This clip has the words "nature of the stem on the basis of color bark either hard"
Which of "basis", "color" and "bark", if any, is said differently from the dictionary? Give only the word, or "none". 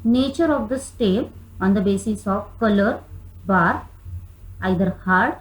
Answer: bark